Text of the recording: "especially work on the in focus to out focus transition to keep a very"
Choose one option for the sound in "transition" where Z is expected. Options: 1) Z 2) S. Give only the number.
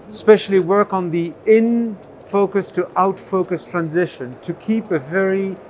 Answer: 1